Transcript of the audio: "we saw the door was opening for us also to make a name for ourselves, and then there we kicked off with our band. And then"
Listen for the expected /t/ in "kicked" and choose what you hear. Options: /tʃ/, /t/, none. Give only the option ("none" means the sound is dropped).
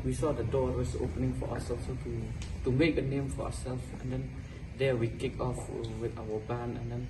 none